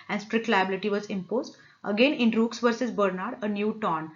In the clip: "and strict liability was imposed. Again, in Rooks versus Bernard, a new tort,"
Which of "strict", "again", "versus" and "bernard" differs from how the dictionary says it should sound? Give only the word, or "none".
none